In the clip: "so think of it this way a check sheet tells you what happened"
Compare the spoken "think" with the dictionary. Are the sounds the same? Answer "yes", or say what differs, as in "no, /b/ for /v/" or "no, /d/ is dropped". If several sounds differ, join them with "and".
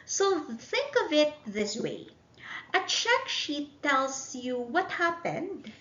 yes